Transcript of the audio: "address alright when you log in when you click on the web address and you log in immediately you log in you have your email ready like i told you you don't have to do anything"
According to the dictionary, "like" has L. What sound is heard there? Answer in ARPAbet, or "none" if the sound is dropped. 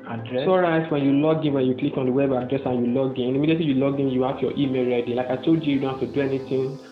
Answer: L